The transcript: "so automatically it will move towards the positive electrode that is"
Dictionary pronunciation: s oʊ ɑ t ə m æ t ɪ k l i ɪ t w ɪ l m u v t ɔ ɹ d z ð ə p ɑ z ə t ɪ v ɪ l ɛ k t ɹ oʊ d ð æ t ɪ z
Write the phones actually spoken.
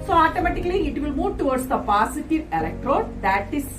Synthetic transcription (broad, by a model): s oʊ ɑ t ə m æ t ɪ k l i ɪ t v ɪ l m u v t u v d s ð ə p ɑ s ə t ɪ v ɪ l ɛ k t ɹ oʊ d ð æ t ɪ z